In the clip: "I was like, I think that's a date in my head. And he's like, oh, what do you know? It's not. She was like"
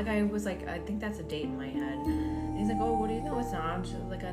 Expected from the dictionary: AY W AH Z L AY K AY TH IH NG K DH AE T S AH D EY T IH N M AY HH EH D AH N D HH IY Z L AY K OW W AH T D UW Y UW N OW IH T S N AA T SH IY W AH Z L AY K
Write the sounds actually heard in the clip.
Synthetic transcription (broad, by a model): AY W AH Z L AY K AY TH IH NG K DH AE T S AH D EY T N M AY HH EH D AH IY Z L AY K OW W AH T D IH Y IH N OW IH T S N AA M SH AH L AY K